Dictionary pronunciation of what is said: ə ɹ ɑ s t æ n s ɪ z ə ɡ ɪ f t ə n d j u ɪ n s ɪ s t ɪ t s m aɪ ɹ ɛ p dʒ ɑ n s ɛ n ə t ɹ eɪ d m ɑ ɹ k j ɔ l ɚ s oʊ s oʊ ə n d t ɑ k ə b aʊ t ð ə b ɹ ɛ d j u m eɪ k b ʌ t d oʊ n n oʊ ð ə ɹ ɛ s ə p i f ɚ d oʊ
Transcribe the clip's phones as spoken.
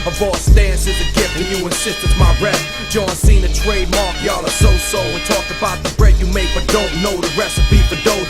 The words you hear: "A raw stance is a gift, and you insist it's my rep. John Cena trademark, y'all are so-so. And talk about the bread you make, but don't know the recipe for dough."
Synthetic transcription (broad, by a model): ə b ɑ s t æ n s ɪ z ə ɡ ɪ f ə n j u ɪ n s ɪ s t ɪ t m aɪ ɹ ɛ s dʒ ɑ n s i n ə t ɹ eɪ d m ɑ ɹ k j ɔ l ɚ s oʊ s oʊ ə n t ɑ k ə b aʊ t ð ə b ɹ ɛ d j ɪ m eɪ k b ʌ t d oʊ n n oʊ ð ə ɹ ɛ s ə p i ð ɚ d oʊ